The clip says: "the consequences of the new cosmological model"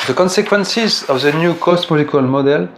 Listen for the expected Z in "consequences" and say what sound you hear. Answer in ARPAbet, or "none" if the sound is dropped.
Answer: Z